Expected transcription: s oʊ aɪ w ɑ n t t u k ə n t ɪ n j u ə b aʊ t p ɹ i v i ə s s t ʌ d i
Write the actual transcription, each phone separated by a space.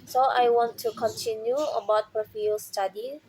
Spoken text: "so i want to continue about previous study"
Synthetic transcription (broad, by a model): s oʊ aɪ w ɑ n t t u k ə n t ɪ n j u ə b aʊ t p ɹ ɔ f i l s t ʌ d i